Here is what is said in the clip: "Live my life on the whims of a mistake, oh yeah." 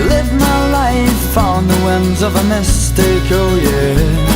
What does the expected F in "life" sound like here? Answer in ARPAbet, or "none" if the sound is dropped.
F